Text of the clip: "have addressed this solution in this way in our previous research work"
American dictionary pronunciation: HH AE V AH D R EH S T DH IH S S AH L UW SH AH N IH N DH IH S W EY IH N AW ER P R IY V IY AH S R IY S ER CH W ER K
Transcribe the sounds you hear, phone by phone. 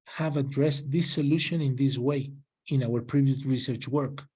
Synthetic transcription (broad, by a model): HH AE V AH D R EH S T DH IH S S AH L UW SH AH N IH N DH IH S W EY IH N AW ER P R IY V IY AH S R IY S ER CH W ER K